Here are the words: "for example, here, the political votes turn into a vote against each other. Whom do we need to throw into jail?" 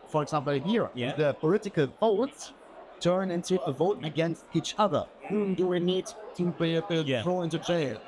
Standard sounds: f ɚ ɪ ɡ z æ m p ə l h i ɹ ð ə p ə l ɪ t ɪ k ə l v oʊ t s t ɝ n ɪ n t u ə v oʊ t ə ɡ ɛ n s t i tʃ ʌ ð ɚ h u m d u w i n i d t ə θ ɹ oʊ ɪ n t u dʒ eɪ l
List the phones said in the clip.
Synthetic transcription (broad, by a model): f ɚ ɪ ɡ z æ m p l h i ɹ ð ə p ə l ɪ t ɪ k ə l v oʊ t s t ɝ n ɪ n t u ə v oʊ t ə ɡ ɛ n s t i tʃ ʌ ð ɚ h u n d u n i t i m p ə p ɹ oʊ ɪ n t u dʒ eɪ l